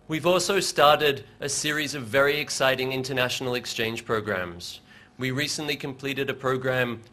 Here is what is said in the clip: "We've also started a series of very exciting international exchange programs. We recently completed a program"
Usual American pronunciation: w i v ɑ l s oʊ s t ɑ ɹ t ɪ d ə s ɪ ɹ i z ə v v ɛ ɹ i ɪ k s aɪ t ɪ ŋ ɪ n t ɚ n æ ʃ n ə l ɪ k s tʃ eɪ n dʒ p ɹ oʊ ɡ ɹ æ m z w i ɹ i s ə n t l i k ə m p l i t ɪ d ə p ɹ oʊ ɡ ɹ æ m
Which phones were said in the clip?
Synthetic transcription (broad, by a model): w i v ɑ l s oʊ s t ɑ ɹ t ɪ d ə s ɪ ɹ i z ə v v ɛ ɹ i ɪ k s aɪ t ɪ ŋ ɪ n t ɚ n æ ʃ n l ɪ k s tʃ eɪ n ʒ p ɹ oʊ ɡ ɹ æ m z w i ɹ i s ə n t l i k ə m p l i t ɪ d ə p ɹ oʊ ɡ ɹ æ m